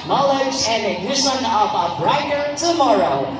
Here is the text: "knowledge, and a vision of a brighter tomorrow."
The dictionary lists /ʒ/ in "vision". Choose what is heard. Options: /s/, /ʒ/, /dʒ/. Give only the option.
/s/